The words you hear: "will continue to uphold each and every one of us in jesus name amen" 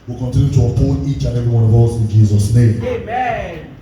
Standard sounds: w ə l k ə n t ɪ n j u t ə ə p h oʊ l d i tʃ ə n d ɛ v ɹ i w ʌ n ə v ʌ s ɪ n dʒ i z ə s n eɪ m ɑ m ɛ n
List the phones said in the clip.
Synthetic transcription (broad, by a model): w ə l k ə n t ɪ n j u t ə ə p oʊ d i tʃ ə n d ɛ v ɹ i w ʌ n ə v ʌ s ɪ n dʒ i z ə s n eɪ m m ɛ